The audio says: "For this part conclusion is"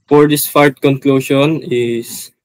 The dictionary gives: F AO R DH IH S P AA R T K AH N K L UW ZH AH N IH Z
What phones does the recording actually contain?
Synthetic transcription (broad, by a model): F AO R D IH S F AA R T K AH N K L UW SH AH N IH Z